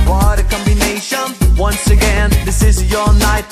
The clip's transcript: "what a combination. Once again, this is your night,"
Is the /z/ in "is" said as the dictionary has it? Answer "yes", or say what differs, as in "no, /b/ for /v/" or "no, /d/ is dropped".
yes